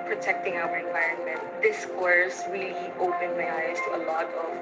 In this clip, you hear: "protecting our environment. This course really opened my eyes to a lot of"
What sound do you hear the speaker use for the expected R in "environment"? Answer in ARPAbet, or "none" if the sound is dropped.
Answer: R